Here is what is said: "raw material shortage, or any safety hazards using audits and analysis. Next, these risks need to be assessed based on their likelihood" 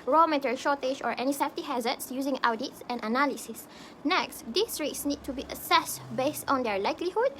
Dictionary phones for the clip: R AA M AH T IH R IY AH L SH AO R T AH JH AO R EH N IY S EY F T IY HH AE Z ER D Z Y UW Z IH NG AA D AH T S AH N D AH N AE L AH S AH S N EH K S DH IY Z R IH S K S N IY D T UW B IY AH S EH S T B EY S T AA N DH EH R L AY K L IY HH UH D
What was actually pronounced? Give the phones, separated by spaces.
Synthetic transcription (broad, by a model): R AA M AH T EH R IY SH AO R T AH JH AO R EH N IY S EY F T IY HH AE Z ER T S Y UW Z IH NG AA D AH T S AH N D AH N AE L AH S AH S N EH K S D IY S R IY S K S N IY D T UW B IY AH S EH S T B EY S T AA N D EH R L AY K L IY HH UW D